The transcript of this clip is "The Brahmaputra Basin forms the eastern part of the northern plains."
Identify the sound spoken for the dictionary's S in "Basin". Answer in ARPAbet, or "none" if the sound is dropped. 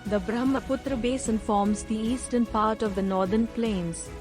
S